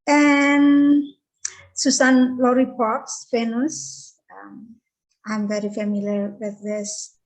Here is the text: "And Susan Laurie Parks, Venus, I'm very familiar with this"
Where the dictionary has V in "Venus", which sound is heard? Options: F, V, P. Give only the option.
F